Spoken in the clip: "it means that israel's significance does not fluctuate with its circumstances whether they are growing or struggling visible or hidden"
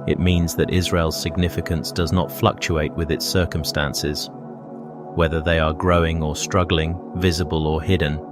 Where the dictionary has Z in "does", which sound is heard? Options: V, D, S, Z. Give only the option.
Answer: Z